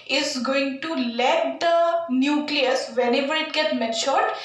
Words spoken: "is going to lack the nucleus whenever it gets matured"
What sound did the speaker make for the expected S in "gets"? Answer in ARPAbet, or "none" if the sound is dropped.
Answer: none